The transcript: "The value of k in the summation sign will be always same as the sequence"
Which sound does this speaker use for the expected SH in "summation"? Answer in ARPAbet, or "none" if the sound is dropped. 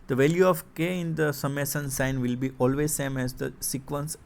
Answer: S